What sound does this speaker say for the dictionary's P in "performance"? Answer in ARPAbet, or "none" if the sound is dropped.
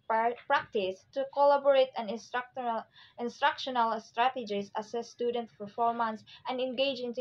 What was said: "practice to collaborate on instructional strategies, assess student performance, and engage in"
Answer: F